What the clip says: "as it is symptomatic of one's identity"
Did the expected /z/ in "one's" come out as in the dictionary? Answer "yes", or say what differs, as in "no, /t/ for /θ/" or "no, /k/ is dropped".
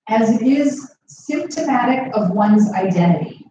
yes